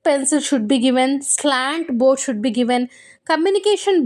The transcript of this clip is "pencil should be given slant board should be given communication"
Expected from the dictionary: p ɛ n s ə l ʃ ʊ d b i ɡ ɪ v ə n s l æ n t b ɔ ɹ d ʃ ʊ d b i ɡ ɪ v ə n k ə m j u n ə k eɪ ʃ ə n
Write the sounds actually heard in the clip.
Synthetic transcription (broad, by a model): p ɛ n s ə l ʃ ʊ d b i ɡ ɪ v ə n s l æ n t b ɔ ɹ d ʃ ʊ d b i ɡ ɪ v ə n k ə m j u n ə k eɪ ʃ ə n